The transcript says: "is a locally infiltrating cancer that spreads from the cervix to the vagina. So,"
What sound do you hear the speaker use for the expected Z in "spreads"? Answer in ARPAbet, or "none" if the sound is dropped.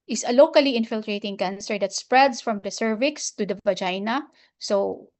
S